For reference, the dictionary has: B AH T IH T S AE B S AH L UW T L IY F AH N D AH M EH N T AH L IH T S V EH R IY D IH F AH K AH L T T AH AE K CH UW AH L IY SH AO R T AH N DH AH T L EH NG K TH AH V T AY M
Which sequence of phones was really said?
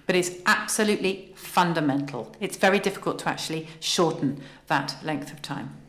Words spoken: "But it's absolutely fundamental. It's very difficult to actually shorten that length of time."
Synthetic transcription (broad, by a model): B AH T IH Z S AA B S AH L UW T L IY F AH N D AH M EH N T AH L IH T S V EH R IY D IH F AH K AH L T T AH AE K CH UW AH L IY SH AO T N DH AH T L EH NG K TH AH V T AY M